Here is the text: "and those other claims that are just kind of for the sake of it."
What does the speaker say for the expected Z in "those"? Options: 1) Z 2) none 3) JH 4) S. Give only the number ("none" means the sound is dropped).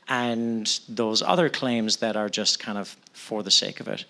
1